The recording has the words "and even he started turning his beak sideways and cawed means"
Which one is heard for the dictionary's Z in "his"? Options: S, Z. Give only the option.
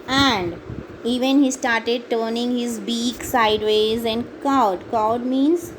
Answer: Z